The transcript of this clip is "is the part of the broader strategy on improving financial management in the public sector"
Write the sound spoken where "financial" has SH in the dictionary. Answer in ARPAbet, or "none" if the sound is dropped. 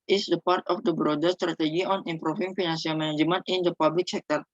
S